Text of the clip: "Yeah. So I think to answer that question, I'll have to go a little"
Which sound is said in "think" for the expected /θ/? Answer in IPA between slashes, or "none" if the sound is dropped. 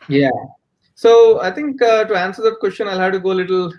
/t/